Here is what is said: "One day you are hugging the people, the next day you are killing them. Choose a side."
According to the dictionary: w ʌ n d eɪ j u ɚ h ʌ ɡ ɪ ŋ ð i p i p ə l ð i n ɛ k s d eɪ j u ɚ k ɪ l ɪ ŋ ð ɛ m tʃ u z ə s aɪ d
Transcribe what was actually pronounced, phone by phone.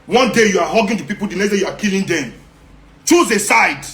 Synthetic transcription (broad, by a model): w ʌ n d eɪ j u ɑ h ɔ ɡ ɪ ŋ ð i p i p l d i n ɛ s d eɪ j u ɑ k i l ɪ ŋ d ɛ m tʃ u z ə s aɪ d